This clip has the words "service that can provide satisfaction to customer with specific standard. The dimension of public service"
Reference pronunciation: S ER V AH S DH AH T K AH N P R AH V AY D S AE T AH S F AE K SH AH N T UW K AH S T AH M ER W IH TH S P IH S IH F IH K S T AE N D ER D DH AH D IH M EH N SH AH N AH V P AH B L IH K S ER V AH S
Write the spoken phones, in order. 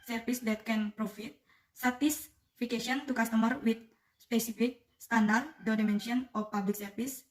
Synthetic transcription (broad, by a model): S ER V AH S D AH T K AH N P R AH F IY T S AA T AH S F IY K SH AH N T UW K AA S T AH M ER W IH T S P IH S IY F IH K S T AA N D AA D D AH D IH M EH N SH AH N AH P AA B L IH K S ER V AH S